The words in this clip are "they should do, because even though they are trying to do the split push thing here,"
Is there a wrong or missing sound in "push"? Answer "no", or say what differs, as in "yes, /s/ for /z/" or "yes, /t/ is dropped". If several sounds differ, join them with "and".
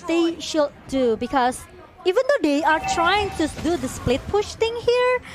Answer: no